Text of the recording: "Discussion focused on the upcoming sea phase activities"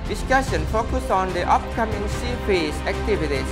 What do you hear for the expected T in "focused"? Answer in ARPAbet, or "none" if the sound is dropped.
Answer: none